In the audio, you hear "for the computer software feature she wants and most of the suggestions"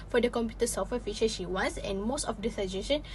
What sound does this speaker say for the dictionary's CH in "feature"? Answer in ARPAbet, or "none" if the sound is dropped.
SH